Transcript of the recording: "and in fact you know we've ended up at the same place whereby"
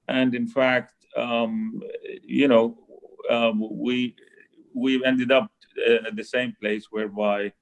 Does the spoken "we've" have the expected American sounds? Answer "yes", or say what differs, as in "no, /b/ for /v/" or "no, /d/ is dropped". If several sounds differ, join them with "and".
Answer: no, /w/ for /v/